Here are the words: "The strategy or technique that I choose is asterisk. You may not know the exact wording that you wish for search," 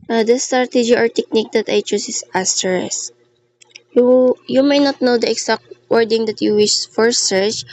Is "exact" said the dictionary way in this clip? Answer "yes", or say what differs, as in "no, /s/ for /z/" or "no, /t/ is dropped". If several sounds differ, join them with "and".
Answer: no, /s/ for /z/